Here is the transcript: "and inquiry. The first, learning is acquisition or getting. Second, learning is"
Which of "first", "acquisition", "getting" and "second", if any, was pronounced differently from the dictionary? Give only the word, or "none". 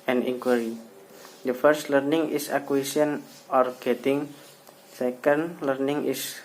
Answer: acquisition